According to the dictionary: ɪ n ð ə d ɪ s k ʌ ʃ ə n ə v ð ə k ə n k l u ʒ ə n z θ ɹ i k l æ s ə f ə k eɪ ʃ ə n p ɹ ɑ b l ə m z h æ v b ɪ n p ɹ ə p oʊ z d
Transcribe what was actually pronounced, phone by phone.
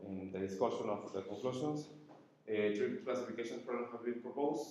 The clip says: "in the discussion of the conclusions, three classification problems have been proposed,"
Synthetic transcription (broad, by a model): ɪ n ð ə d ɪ s k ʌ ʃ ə n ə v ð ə k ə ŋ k l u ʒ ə n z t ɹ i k l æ s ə f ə k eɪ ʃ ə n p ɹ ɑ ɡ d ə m h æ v b ɪ n p ɹ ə p oʊ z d